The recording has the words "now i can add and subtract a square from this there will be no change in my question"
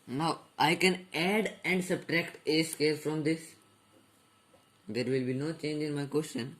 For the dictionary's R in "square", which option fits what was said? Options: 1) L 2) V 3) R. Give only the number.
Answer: 1